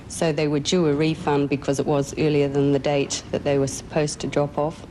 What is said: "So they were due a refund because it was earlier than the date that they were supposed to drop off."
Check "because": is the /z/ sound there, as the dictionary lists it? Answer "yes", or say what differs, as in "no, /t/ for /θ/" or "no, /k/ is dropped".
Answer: yes